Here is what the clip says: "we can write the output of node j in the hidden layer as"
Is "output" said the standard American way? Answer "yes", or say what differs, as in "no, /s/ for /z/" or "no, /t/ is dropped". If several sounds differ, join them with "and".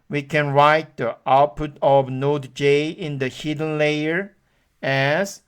yes